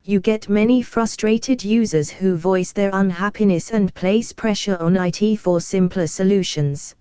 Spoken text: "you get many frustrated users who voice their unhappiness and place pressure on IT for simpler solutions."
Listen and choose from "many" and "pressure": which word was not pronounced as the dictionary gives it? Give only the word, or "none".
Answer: none